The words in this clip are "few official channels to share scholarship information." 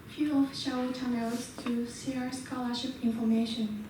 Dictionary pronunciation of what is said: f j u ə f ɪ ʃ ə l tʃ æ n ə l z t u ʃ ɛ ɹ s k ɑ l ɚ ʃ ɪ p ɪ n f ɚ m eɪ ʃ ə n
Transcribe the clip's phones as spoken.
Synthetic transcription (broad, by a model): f j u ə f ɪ ʃ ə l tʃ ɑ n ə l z t u s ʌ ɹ s k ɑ l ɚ ʃ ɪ p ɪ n f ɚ m eɪ ʃ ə n